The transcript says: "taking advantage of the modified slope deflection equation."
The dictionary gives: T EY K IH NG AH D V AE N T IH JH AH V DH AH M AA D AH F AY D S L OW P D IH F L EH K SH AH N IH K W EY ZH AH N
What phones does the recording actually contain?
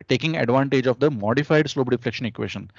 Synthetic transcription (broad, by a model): T EY K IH NG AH D V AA N T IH JH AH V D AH M AA D AH F AY D S L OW B D IH F L EH K SH AH N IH K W EY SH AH N